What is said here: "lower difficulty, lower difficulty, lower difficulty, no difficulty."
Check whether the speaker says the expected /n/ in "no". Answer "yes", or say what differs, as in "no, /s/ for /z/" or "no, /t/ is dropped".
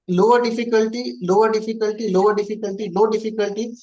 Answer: no, /l/ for /n/